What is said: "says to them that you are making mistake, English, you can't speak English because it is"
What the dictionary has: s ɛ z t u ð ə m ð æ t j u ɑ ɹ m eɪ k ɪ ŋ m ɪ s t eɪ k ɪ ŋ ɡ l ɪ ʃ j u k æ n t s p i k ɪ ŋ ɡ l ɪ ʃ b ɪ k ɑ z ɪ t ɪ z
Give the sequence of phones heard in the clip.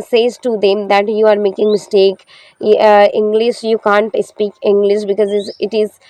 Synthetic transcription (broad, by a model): s ɛ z t u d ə m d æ t j u ɑ ɹ m eɪ k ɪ ŋ m ɪ s t eɪ k ɪ ŋ ɡ l ɪ ʃ j u k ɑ n t s p i k ɪ ŋ ɡ l ɪ ʃ b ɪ k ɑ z ɪ t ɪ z